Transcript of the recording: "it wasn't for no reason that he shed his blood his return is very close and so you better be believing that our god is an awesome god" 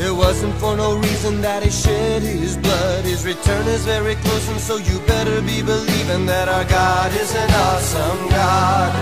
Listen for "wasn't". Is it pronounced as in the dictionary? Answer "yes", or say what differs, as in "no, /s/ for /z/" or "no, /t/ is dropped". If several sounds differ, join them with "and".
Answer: yes